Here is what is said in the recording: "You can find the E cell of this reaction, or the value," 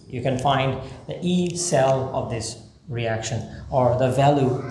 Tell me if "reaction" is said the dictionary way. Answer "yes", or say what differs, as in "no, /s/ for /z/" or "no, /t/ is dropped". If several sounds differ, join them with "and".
yes